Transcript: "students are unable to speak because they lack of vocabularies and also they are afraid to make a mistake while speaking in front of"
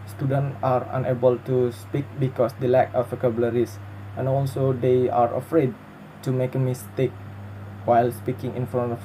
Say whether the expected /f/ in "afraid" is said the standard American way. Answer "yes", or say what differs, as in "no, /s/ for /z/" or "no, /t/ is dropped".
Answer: yes